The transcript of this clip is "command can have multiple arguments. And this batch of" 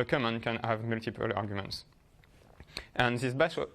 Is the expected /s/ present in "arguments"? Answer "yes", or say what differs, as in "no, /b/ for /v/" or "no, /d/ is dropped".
yes